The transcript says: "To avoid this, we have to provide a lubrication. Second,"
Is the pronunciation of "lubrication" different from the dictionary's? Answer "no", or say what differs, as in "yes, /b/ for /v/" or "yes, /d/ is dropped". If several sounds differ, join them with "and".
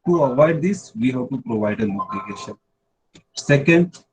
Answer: yes, /n/ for /l/